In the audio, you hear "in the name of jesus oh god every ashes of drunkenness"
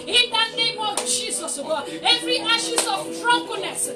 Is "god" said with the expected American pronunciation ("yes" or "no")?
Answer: no